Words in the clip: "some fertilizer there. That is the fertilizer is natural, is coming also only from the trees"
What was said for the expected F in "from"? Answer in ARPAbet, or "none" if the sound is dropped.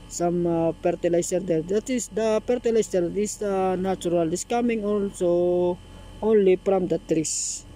P